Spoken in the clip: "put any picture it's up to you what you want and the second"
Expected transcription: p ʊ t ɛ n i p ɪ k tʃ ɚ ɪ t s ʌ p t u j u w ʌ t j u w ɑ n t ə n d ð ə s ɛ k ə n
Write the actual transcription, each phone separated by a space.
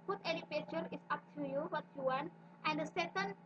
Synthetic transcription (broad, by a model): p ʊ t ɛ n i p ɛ tʃ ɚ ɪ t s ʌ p t u j u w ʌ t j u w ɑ n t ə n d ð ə s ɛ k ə n